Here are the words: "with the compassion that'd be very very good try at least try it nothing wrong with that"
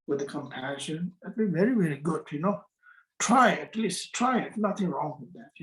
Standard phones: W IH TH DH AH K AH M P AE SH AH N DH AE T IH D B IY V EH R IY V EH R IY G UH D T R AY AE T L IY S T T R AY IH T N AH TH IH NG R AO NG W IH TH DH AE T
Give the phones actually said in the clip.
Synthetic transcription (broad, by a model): W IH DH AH K AH M P AE SH AH N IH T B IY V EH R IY W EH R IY G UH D T R AY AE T L IY S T T R AY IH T N AH TH IH NG R AO NG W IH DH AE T